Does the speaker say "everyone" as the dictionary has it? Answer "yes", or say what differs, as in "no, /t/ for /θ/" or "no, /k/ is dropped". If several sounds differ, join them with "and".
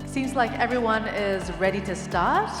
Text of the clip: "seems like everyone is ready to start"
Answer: yes